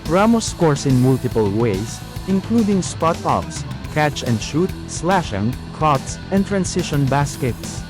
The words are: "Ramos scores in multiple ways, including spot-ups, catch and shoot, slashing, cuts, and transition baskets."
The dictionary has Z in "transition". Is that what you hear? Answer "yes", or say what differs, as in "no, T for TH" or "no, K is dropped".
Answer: no, S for Z